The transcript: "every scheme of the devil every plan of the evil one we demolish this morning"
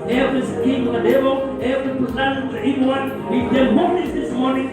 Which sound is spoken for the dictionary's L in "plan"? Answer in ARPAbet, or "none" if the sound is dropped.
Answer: none